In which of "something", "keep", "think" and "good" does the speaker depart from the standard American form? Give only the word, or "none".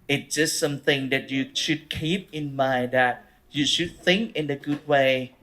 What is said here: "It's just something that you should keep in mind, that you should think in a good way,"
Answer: none